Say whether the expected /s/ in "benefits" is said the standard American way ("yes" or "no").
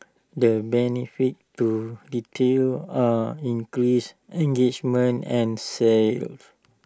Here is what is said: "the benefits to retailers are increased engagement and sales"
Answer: no